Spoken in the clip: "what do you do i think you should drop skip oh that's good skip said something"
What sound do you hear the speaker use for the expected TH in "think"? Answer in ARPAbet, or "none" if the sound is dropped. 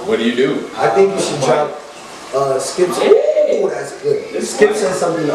TH